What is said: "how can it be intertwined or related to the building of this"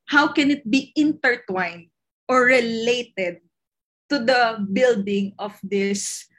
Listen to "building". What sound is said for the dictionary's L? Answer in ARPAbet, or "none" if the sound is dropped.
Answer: L